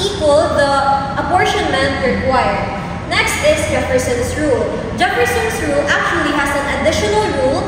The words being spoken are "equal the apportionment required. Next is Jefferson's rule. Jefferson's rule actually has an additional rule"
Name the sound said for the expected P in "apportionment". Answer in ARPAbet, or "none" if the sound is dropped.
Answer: B